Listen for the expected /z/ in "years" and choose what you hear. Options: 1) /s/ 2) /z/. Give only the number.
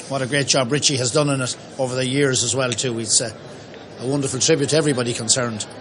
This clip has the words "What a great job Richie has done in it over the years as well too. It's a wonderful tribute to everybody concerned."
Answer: 2